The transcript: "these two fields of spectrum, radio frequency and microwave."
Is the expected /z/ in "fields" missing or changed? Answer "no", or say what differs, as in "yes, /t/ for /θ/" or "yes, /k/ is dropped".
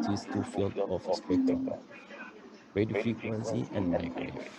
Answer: yes, /z/ is dropped